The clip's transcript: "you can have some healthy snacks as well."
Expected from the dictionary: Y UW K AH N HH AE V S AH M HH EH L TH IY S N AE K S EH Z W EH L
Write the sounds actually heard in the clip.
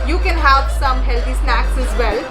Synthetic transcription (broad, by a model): Y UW K AH N HH AE V S AH M HH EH L T IY S N AE K S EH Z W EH L